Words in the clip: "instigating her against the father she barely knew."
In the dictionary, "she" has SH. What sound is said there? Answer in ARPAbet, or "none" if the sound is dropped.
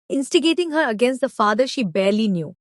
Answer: SH